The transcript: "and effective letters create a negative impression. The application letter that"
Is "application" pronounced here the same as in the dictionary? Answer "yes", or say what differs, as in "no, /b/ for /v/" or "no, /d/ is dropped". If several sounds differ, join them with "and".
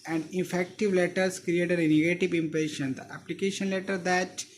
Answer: yes